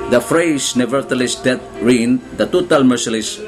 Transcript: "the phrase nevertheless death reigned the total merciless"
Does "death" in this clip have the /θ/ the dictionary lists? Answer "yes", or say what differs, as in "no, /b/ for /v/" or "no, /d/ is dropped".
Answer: no, /t/ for /θ/